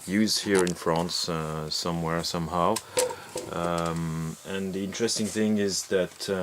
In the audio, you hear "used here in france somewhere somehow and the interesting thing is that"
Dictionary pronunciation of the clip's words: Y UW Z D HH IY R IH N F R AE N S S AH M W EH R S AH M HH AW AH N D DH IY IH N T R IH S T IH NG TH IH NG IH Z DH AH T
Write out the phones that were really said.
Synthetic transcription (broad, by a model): Y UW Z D HH IY R IH N F R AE N S S AH M W EH R S AH M HH AW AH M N DH IY IH N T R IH S T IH NG TH IH NG IH Z DH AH T